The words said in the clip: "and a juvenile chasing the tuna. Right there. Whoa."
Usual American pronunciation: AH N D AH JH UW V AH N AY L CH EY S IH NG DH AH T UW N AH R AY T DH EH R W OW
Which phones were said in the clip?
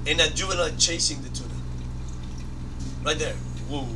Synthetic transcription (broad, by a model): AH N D AH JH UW AH L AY CH EY S IH NG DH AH T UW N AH R AY T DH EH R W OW